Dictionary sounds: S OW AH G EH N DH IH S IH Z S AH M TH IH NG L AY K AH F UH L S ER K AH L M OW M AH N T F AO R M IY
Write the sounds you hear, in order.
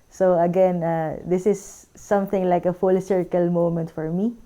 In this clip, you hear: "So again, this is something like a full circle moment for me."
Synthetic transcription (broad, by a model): S OW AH G EH N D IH S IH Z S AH M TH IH NG L AY K AH F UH L S ER K AH L M OW M AH N T F AO R M IY